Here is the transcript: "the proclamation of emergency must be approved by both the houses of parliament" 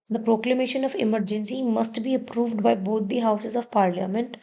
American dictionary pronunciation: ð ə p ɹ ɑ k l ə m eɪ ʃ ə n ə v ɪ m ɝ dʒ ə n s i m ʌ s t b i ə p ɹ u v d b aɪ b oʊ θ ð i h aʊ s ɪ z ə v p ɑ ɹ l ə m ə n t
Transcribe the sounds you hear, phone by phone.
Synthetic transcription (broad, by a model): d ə p ɹ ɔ k l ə m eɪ ʃ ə n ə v ɪ m ɝ dʒ ə n s i m ʌ s t b i ə p ɹ u v d b aɪ b oʊ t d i h aʊ s ɪ z ə v p ɑ ɹ l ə m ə n t